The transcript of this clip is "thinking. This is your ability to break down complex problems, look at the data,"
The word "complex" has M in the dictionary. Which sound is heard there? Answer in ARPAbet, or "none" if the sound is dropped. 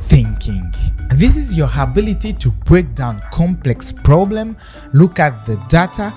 M